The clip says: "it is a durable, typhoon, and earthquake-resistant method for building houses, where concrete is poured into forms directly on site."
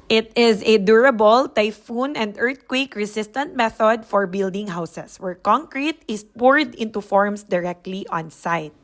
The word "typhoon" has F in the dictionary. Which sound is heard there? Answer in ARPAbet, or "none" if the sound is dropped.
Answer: F